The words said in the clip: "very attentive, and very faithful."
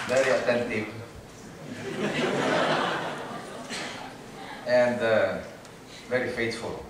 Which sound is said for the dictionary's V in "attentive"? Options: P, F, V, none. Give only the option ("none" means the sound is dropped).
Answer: P